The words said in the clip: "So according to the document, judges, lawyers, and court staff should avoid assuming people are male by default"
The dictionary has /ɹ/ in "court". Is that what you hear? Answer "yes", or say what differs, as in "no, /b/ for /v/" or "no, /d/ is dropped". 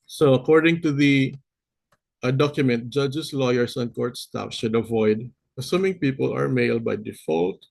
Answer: yes